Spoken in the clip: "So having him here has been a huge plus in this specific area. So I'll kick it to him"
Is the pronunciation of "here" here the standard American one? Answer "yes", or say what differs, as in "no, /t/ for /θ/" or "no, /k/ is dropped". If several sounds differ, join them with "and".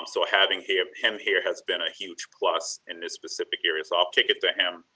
yes